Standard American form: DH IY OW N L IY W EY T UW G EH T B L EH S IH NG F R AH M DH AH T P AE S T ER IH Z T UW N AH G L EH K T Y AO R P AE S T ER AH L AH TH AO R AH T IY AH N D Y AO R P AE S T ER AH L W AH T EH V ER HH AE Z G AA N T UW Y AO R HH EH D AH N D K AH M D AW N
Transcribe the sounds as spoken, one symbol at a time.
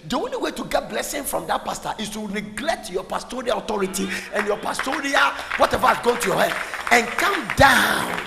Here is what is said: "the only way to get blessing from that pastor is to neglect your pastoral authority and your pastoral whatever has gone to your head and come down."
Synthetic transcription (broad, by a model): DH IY OW N L IY W EY T UW G EH T B L EH S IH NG F R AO M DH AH T P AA S T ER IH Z T UW N AH G L EH K T Y AO P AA S T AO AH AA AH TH AO R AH T IY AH N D Y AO P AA S T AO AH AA W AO T EH V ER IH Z G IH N T UW Y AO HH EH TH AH N K AH M D AW N